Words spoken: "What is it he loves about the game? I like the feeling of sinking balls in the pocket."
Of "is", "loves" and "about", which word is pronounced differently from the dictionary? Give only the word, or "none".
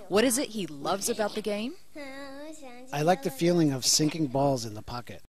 none